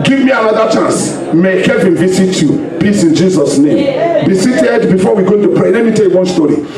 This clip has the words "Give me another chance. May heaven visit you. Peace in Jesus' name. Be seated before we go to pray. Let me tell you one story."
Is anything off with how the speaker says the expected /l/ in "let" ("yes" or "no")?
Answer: no